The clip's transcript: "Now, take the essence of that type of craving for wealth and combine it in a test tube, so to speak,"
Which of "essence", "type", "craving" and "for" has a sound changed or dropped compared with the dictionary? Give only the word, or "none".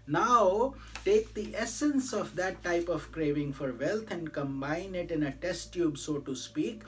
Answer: none